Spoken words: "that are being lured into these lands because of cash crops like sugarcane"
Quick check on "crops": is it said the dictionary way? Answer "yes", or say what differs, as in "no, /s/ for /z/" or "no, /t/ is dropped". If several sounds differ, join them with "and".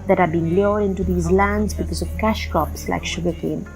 no, /ɹ/ is dropped